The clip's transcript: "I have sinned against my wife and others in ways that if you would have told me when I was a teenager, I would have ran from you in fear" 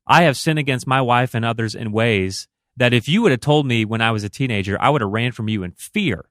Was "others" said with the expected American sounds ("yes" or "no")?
yes